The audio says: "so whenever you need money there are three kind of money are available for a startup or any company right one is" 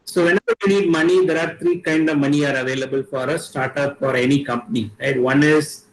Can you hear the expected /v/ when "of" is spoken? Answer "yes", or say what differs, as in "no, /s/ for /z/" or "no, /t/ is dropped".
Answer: yes